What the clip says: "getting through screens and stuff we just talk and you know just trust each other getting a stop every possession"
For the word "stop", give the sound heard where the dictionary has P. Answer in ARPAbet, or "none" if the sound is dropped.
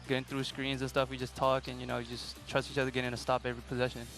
P